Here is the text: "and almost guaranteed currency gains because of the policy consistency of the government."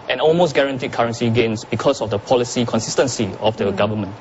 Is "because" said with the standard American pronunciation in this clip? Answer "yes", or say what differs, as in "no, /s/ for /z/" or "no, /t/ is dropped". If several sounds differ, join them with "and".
no, /s/ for /z/